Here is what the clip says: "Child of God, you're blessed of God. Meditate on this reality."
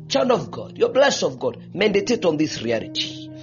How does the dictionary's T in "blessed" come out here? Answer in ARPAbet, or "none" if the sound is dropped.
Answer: none